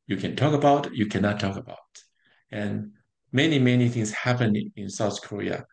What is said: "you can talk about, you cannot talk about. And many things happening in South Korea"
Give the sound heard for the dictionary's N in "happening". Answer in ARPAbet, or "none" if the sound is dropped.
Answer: none